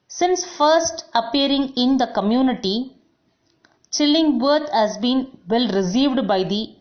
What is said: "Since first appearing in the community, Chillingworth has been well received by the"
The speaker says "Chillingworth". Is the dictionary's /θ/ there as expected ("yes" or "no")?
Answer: no